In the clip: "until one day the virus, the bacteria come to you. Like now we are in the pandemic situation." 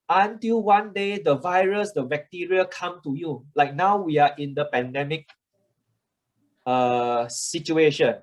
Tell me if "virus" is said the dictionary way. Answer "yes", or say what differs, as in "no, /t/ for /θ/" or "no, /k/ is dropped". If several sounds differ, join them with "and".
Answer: yes